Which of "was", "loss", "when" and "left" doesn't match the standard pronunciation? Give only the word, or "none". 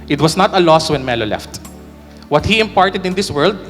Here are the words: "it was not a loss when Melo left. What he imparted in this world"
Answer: was